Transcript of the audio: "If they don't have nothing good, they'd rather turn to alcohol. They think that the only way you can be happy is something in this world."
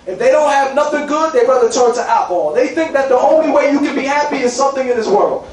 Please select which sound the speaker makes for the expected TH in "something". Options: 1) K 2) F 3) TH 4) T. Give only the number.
3